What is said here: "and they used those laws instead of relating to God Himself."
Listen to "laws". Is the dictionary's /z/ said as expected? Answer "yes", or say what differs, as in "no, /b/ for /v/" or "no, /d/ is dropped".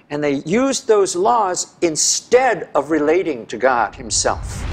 yes